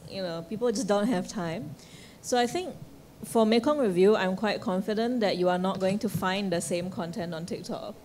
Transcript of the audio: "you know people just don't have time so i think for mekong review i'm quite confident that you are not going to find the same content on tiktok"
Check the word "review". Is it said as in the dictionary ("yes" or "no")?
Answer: yes